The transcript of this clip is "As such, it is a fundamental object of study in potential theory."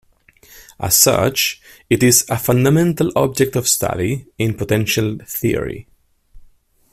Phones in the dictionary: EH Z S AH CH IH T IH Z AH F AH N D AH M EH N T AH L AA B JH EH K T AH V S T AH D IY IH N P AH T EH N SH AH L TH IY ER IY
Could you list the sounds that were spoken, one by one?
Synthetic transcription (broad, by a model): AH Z S AH CH IH T IH Z AH F AH N D AH M EH N T AH L AA B JH EH K T AH V S T AH D IY IH N P AH T EH N SH AH L TH IY ER IY